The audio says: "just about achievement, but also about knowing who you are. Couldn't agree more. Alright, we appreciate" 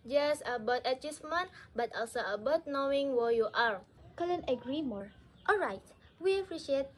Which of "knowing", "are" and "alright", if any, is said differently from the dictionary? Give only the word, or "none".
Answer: none